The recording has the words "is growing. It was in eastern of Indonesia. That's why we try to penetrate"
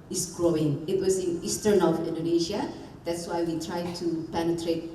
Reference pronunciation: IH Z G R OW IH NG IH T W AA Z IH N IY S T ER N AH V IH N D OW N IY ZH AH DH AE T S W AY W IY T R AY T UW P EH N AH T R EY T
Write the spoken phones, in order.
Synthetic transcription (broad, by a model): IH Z G R OW IH NG IH T W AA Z IH N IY S T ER N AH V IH N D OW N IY SH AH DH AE T S W AY W IY T R AY T UW P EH N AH T R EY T